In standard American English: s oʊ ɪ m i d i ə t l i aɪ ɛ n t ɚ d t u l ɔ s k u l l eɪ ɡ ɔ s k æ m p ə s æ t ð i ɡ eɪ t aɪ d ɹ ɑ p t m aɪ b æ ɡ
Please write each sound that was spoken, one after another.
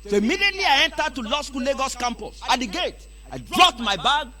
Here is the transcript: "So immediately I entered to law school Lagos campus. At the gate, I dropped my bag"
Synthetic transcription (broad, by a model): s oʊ ɪ m i d i ə t l i aɪ ɛ n t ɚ d t u l ɔ s k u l l eɪ ɡ ɔ s k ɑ m p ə s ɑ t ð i ɡ eɪ t aɪ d ɹ ɑ t m aɪ b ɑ ɡ